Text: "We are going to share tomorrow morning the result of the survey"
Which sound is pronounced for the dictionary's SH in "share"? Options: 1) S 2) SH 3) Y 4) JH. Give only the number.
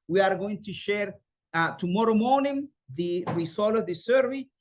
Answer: 2